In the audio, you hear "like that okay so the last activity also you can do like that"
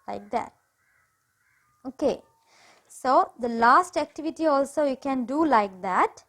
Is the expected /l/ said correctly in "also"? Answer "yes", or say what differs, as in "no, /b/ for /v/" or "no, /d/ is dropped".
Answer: yes